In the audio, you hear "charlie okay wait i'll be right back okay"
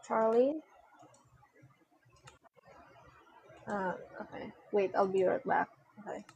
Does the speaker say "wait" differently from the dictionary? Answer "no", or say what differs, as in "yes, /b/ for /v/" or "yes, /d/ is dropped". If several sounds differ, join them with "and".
no